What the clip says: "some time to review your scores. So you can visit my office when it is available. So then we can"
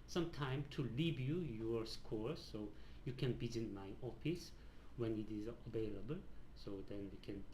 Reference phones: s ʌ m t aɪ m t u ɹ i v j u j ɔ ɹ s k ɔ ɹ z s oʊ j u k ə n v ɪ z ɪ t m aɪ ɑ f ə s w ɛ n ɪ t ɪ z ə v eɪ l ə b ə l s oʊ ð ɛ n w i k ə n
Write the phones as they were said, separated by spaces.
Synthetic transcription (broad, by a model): s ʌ m t aɪ m t u l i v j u j ɔ ɹ s k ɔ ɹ s oʊ j u k ə n b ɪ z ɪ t m aɪ ɑ f ə s w ɛ n ɪ t ɪ z ə v eɪ l ə b ə l s oʊ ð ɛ n w i k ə n